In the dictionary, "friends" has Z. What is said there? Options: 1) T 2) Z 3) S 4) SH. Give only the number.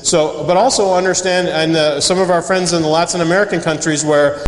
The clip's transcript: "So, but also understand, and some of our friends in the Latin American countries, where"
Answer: 2